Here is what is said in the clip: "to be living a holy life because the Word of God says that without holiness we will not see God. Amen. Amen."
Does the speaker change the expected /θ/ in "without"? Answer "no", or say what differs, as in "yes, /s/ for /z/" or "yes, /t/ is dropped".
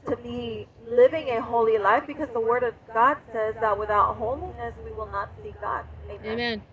no